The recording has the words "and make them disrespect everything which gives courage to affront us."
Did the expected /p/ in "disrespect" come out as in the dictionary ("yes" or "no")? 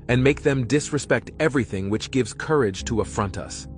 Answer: yes